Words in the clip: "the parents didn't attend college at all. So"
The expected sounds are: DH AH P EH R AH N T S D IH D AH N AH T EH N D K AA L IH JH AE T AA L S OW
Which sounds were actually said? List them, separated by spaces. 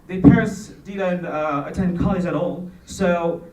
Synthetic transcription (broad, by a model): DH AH P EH R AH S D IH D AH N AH T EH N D K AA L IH Z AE T AA L S OW